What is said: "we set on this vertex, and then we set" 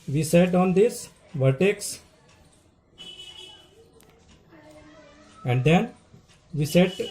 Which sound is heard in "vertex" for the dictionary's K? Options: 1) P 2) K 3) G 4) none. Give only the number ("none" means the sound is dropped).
2